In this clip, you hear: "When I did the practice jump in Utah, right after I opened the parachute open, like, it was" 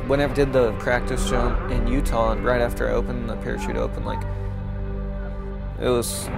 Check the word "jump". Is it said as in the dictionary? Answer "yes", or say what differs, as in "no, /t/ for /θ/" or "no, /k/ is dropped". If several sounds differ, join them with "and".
no, /ʃ/ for /dʒ/